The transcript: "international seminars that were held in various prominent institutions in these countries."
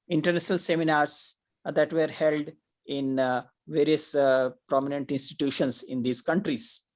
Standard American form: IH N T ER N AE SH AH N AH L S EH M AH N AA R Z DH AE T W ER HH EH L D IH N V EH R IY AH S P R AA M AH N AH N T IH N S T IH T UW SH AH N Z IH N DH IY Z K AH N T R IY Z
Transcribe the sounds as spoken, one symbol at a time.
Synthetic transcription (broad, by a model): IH N T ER N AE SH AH N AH L S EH M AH N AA R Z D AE T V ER HH EH L D IH N V EH R IY AH S P R AA M AH N AH N T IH N S T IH T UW SH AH N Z IH N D IY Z K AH N T R IY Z